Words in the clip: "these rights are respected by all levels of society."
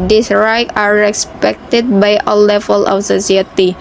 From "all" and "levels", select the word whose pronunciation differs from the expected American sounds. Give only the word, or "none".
levels